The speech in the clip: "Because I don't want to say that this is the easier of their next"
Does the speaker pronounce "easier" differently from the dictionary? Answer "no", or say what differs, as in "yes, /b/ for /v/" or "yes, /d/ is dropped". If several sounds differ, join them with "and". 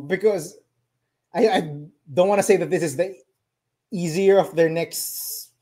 no